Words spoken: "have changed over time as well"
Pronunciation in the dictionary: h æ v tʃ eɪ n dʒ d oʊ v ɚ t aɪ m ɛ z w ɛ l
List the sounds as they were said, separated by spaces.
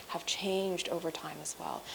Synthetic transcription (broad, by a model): h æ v tʃ eɪ n dʒ d oʊ v ɚ t aɪ m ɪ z w ɛ l